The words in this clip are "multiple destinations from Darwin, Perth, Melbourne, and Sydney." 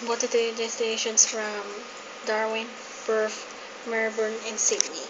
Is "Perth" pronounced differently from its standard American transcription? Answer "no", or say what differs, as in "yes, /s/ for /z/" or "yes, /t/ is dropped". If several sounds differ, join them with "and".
yes, /f/ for /θ/